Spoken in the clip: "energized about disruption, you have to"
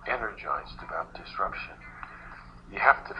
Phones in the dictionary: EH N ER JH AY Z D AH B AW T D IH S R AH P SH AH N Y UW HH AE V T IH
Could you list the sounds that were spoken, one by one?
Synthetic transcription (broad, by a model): EH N ER JH AY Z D AH B AW T D IH S R AH P SH AH N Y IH HH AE F T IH